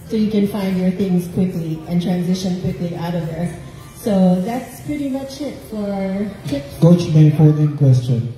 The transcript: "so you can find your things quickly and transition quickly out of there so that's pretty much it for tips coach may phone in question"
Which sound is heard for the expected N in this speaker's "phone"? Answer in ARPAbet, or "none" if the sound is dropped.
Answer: L